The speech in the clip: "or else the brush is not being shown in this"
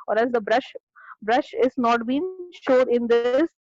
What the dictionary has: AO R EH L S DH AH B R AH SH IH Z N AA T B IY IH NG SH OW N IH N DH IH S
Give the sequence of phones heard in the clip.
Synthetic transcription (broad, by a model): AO R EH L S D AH B R AH SH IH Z N AA T B IY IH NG SH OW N IH N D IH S